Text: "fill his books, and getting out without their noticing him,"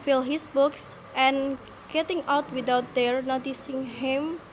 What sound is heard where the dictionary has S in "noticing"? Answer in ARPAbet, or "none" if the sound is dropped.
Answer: S